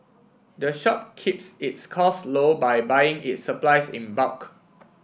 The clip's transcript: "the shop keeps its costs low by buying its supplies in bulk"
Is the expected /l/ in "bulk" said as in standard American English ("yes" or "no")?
no